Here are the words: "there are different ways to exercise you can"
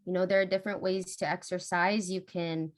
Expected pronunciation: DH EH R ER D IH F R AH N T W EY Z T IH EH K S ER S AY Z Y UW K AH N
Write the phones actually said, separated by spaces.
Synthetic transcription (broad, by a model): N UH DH ER D IH F R AH N T W EY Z T IH EH K S ER S AY Z Y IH K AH N